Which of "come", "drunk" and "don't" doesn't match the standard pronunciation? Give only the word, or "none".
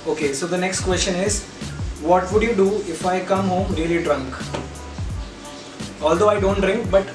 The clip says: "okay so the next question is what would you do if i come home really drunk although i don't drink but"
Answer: none